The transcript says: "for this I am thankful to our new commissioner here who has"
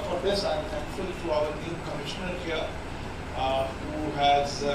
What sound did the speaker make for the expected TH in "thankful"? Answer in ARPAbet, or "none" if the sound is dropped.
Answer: T